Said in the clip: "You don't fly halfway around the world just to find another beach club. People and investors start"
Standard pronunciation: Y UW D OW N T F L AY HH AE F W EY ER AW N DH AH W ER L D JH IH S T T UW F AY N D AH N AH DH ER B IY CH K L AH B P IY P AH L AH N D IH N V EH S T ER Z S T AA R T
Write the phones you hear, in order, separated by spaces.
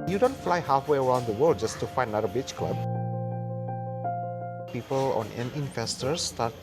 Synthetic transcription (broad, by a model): Y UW D OW N T F L AY HH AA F W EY ER AW N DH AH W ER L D JH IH S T T UW F AY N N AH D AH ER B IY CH K L AH B P IY P AH L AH N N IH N F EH S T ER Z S T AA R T